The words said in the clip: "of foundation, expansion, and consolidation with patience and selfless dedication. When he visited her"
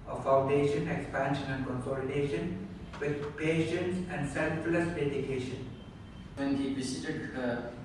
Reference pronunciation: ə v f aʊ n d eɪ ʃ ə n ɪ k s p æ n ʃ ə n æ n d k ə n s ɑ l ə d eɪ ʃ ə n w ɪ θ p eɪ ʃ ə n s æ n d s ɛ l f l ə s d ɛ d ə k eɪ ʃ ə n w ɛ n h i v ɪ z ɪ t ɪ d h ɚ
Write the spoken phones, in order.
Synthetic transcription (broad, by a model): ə f aʊ n d eɪ ʃ ə n ɪ k s p æ n ʃ ə n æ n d k ə n s ɑ l ə d eɪ ʃ ə n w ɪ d p eɪ ʃ ə n s æ n d s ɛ l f l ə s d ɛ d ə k eɪ ʃ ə n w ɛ n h i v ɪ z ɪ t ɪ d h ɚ